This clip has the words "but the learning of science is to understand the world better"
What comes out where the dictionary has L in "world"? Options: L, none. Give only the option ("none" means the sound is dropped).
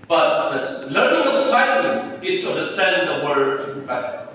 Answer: none